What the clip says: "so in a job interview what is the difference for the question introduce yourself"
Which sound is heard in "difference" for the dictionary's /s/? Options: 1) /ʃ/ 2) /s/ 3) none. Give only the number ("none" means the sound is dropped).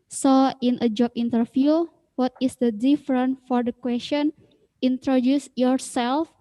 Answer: 3